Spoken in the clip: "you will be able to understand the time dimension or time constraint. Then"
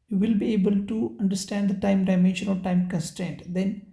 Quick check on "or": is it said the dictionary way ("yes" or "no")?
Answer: no